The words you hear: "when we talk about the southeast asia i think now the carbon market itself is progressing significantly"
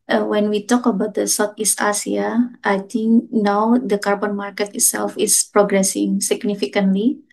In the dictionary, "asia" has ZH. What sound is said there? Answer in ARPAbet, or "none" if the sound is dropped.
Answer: S